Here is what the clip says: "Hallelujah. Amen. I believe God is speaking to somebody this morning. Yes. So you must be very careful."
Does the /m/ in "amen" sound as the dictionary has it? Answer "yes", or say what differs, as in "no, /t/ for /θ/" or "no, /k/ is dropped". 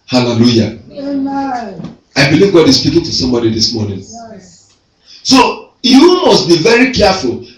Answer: no, /m/ is dropped